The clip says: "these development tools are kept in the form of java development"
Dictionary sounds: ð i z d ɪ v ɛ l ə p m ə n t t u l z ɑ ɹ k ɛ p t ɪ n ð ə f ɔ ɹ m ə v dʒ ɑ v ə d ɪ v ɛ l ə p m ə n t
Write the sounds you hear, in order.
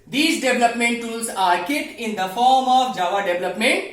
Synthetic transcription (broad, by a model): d i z d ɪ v l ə p m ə n t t u l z ɑ ɹ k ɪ t ɪ n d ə f ɔ ɹ m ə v dʒ ɑ v ə d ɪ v l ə p m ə n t